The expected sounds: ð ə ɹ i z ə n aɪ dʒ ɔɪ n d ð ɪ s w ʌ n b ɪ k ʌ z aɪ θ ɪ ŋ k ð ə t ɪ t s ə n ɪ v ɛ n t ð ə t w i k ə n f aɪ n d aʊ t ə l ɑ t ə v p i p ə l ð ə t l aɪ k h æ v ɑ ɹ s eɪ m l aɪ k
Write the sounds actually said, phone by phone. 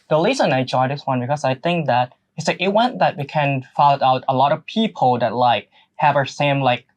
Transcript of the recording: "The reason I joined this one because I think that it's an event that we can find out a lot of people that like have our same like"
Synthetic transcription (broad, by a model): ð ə l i s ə n aɪ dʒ ɔɪ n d ð ɪ s w ʌ n b ɪ k ʌ z aɪ θ ɪ ŋ k ð ə t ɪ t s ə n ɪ w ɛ n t ð ə t w i k ə n f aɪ l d aʊ t ə l ɑ t ə v p i p l ð ə t l aɪ k h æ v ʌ ɹ s eɪ m l aɪ k